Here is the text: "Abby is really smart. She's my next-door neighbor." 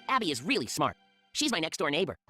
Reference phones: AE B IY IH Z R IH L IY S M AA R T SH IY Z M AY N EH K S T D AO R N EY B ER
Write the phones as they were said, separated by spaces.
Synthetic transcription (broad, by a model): AE B IY IH Z R IH L IY S M AA R T SH IY Z M AY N EH K S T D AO R N EY B ER